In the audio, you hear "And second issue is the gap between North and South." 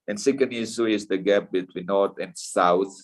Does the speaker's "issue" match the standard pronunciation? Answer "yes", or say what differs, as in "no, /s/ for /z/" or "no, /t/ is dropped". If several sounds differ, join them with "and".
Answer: no, /s/ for /ʃ/